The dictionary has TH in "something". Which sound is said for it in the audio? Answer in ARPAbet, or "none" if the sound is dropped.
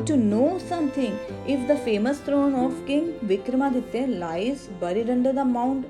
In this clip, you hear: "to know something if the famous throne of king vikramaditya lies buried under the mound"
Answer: T